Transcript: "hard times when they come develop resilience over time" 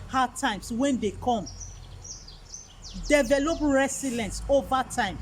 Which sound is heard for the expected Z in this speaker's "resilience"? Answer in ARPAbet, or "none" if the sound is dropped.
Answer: S